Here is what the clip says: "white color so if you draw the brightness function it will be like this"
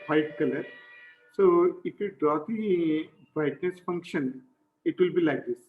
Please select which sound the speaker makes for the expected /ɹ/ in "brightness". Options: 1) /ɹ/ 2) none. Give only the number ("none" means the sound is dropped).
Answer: 2